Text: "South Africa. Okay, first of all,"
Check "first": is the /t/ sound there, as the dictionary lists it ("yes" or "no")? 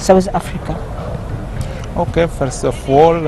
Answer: no